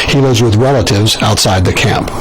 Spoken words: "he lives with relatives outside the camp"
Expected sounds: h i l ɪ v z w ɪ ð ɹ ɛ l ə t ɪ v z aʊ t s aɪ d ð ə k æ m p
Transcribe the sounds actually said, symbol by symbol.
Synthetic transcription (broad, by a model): h i l ɪ v z w ɪ ð ɹ ɛ l ə t ɪ v z aʊ t s aɪ d ð ə k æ m p